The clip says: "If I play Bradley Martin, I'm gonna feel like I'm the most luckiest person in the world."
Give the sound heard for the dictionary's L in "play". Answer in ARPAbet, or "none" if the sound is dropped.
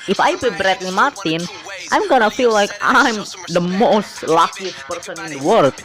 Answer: none